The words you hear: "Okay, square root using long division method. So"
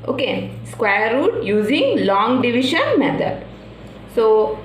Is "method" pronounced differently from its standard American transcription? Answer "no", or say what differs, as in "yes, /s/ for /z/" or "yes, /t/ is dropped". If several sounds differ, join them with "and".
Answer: yes, /t/ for /θ/